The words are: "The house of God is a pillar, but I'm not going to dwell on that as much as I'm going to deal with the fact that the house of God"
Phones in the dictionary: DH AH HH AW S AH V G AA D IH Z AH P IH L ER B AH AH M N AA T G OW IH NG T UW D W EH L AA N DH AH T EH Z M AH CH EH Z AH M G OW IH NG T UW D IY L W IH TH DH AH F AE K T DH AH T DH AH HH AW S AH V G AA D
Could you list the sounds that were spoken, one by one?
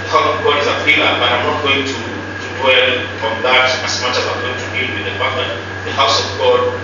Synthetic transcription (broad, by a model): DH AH HH AW S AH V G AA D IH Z AH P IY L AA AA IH AH M N AA T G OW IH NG T UW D W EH L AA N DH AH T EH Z M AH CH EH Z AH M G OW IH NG T UW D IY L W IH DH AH P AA T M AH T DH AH HH AW S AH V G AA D